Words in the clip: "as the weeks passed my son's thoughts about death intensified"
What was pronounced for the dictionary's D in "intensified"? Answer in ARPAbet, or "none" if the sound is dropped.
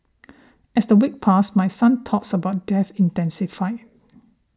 none